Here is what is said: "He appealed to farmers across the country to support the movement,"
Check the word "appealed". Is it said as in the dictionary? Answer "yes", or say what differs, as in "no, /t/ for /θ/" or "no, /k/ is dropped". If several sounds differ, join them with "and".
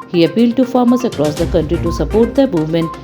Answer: yes